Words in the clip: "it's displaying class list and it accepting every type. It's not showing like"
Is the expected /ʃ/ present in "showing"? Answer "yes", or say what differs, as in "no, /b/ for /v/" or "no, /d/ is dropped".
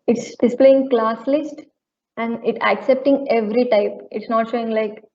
yes